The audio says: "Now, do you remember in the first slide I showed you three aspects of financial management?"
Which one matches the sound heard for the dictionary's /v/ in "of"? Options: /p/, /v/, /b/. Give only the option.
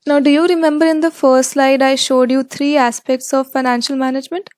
/v/